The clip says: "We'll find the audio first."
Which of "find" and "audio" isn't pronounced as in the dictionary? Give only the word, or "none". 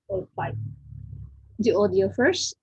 find